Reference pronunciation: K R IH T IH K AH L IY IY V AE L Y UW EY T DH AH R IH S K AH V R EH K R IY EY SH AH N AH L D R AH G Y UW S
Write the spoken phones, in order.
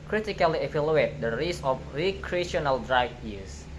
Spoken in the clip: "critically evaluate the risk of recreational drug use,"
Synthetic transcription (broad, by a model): K R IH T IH K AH L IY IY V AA L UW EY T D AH R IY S AH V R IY K R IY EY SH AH N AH L D R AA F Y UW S